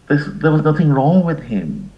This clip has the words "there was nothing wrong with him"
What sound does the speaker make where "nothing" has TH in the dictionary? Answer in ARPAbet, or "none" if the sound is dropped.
TH